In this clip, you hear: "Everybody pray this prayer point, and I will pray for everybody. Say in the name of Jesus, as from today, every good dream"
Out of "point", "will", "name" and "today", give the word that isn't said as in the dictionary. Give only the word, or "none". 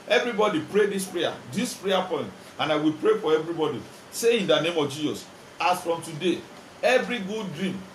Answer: none